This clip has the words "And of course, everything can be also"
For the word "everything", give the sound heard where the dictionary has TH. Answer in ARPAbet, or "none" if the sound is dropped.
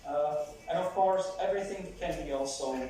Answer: TH